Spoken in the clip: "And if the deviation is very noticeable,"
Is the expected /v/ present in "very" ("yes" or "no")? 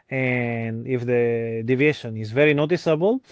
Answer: yes